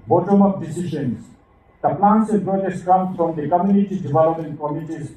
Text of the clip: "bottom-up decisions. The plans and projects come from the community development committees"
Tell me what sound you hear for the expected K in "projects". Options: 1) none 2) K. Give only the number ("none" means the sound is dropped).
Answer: 1